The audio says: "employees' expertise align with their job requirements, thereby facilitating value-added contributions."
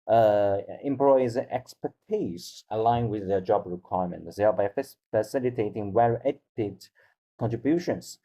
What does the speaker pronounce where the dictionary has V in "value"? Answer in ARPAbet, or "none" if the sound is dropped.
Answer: W